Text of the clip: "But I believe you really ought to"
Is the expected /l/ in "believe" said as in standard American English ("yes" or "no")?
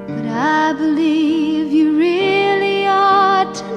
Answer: yes